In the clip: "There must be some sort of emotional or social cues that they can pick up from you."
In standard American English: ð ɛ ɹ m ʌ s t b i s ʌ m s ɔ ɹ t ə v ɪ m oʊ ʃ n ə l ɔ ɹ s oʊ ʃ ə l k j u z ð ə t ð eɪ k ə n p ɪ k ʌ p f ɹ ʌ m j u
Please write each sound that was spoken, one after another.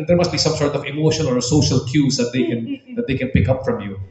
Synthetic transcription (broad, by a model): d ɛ ɹ m ʌ s t b i s ʌ m s ɔ ɹ t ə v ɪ m oʊ ʃ ə n ɔ ɹ s oʊ ʃ ə l k j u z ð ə t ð eɪ k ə n p ɪ k ʌ p f ɹ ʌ m j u